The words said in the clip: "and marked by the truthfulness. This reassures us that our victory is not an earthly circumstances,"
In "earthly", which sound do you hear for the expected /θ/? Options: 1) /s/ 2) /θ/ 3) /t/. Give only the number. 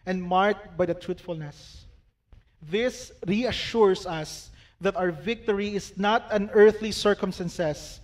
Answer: 2